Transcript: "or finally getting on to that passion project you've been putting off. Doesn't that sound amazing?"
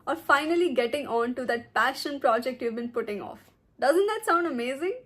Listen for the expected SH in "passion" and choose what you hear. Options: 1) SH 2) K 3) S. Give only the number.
1